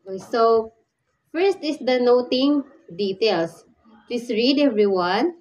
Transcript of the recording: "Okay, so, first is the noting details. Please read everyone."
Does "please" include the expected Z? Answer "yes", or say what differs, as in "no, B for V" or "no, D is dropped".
no, S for Z